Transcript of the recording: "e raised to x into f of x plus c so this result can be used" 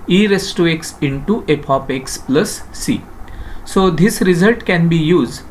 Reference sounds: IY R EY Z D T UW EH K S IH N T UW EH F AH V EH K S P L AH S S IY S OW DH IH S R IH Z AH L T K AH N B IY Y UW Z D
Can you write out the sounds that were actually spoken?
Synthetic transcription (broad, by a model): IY R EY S T UW EH K S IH N T UW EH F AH P EH K S P L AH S S IY S OW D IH S R IH Z AH L T K AH N B IY Y UW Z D